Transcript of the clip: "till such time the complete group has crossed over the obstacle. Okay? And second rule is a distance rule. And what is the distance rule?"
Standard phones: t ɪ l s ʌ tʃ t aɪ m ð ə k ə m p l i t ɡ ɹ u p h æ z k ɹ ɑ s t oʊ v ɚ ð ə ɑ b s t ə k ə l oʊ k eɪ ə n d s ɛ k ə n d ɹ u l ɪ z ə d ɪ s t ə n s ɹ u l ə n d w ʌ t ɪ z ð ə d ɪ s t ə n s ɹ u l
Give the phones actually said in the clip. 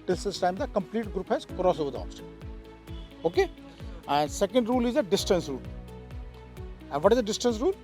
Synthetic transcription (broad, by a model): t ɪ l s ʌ s t aɪ m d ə k ə m p l i t ɡ ɹ u p h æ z k ɹ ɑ s oʊ v ɚ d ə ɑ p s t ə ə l oʊ k eɪ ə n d s ɛ k ə n d ɹ u l ɪ z ə d ɪ s t ə n s ɹ u l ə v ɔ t ɪ z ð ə d ɪ s t ə n s ɹ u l